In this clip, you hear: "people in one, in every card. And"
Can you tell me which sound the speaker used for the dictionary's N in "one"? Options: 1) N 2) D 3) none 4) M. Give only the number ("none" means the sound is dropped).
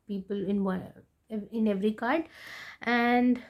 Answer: 3